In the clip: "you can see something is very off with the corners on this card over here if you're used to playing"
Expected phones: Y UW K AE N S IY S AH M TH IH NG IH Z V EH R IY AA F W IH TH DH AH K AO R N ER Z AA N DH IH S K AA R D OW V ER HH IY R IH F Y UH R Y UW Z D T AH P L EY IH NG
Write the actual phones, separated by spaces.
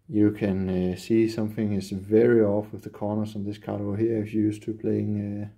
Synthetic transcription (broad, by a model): Y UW K AE N S IY S AH M TH IH NG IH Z V EH R IY AA F W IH DH AH K AO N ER S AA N DH IH S K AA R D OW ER HH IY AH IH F Y Y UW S T AH P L EY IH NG